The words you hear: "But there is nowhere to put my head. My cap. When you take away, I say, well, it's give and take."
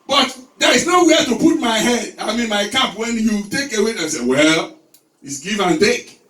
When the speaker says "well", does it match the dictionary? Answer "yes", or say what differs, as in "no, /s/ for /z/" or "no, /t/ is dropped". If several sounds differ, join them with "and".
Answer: yes